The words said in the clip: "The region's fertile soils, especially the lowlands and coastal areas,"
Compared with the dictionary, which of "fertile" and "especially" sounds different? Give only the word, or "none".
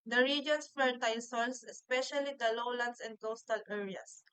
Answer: fertile